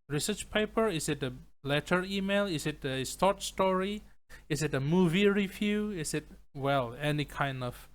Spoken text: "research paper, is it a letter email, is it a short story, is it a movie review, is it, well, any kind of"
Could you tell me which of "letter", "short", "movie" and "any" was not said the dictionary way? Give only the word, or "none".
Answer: short